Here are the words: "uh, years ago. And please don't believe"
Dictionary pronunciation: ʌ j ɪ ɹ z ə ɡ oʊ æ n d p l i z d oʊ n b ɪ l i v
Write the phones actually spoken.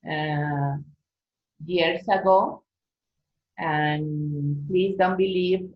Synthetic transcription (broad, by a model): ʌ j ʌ ɹ s ə ɡ oʊ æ n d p l i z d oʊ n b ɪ l i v